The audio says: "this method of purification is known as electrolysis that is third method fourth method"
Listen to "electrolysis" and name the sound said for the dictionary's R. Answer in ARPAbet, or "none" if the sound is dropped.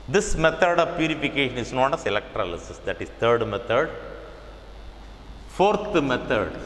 R